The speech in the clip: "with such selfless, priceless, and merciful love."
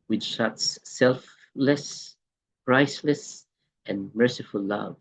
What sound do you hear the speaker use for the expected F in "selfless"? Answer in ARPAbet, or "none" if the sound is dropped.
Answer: F